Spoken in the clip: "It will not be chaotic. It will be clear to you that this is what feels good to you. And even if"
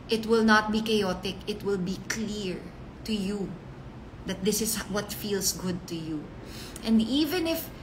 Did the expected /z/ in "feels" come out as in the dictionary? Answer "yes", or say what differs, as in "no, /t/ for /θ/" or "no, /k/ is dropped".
no, /s/ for /z/